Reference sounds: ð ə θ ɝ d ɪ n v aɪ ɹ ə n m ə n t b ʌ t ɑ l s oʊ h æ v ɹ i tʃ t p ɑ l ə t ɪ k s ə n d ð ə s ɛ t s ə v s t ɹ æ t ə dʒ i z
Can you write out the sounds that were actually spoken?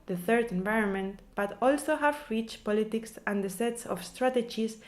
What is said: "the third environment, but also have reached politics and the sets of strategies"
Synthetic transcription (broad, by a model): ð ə θ ɝ d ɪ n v aɪ ɹ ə n m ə n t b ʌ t ɑ l s oʊ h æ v ɹ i tʃ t p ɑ l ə t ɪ k s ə n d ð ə s ɛ t s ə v s t ɹ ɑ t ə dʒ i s